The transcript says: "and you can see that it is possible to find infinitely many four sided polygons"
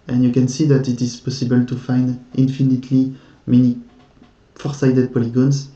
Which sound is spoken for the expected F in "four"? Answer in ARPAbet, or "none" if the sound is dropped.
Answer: F